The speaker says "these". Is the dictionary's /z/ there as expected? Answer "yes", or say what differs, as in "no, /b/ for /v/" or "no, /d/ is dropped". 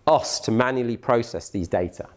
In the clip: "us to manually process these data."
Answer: yes